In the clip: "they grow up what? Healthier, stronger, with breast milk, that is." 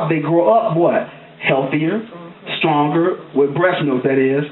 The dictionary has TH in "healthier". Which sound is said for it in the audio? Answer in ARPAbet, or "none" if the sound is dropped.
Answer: TH